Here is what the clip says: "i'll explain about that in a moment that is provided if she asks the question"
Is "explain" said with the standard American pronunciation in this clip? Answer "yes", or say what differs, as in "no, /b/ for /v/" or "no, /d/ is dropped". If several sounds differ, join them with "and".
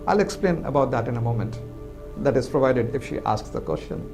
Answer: yes